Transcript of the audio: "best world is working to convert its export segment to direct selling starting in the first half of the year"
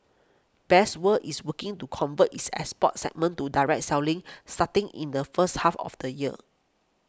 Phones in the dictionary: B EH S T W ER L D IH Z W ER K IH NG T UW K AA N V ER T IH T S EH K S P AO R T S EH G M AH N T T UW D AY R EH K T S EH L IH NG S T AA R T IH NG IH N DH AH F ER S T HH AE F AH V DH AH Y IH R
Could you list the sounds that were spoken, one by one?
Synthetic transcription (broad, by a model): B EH S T W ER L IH S W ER K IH NG T UW K AA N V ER T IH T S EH S P AO T S EH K M AH N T T UW D AY R EH K T S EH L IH NG S T AA T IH NG IH N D AH F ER S T HH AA F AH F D AH Y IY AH